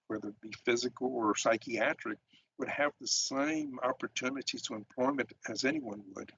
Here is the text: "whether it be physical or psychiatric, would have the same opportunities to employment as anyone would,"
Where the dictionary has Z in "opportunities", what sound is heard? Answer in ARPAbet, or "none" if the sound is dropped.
none